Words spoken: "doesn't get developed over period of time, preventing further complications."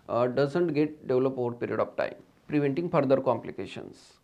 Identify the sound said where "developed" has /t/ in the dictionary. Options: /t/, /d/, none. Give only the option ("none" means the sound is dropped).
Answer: none